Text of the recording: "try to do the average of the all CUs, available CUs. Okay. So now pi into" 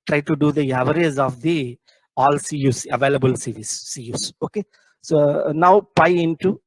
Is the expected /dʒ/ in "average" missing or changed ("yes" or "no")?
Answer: yes